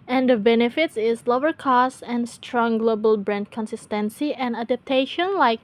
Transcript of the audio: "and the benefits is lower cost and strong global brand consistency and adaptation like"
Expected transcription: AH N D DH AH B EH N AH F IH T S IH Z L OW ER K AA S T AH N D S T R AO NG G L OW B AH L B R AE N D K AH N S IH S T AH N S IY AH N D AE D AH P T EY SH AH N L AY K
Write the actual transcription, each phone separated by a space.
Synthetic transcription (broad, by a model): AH N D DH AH B EH N AH F IH T S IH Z L OW ER K AA S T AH N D S T R AO NG G L OW B AH L B R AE N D K AH N S IH S T AH N S IY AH N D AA D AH P T EY SH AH N L AY K